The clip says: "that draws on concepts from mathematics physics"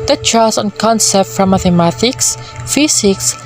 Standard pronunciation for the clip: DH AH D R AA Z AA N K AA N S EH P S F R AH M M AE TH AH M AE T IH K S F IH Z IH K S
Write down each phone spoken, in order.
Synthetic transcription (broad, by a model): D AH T R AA S AA N K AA N S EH P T F R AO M M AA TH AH M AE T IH K S F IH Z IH K S